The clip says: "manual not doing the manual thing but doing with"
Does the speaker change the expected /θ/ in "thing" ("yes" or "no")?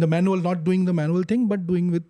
yes